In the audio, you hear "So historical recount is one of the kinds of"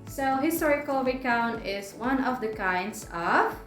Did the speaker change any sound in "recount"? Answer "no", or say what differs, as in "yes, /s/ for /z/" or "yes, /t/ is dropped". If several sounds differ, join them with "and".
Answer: yes, /w/ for /ɹ/ and /t/ is dropped